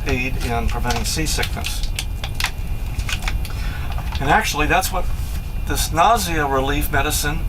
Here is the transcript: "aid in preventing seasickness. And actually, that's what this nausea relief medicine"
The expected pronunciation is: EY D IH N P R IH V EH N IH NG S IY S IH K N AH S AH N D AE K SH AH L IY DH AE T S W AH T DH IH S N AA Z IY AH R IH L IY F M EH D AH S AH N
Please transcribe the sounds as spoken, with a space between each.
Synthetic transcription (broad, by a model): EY D IH N P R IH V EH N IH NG S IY S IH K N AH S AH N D AE K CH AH L IY DH AE T S W AH T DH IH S N AA Z IY AH R IH L IY F M EH D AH S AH N